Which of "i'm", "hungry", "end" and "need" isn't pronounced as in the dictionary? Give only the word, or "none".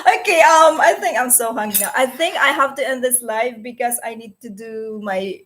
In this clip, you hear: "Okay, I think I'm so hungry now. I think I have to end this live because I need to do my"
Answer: hungry